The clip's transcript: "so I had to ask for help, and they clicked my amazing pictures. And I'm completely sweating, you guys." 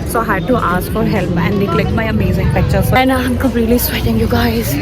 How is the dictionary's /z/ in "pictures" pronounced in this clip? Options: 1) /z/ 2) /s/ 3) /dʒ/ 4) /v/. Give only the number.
2